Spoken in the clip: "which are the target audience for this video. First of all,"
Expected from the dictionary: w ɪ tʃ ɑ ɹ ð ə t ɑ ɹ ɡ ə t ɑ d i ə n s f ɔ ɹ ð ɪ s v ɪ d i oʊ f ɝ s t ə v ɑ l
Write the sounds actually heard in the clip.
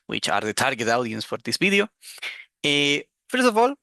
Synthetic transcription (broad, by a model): w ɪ tʃ ɑ ɹ ð ə t ɑ ɹ ɡ ə t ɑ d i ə n s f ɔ ɹ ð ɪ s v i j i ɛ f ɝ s ə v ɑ l